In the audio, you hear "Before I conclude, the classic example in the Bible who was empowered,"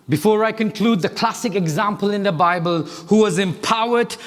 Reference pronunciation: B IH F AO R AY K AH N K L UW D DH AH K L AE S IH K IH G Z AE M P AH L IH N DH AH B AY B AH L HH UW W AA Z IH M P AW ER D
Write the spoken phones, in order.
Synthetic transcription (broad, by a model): B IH F AO R AY K AH N K L UW D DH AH K L AE S IH K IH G Z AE M P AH L IH N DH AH B AY B AH L HH UW W AA Z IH M P AW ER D